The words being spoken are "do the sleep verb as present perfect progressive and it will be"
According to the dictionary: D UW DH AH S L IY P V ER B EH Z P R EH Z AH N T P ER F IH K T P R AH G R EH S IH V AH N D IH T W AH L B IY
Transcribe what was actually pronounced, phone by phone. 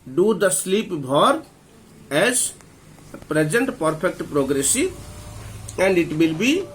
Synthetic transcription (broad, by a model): D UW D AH S L IY P B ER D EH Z P R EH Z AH N T P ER P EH K T P R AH G R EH S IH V AH N D IH T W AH L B IY